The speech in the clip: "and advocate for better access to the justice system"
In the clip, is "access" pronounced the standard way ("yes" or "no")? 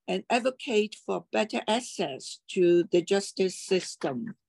no